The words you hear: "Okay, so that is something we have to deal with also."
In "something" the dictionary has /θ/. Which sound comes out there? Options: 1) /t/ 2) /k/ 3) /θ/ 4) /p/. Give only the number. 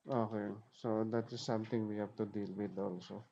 1